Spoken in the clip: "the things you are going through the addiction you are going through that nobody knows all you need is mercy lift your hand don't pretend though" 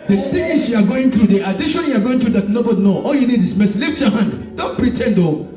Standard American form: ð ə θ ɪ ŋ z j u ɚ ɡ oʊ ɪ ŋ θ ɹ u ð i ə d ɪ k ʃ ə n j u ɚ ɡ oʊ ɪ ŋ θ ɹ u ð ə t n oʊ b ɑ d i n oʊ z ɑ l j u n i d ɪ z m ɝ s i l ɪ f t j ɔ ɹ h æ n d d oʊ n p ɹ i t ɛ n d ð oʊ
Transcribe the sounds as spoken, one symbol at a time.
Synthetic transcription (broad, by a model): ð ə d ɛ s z j u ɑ ɡ oʊ ɪ ŋ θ ɹ u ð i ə d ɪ ʃ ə n j u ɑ ɡ oʊ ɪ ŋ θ ɹ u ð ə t n oʊ b ɑ d i n oʊ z ɑ l j u n i d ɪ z m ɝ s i l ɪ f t j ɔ h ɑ n d d oʊ n p ɹ i t ɛ n d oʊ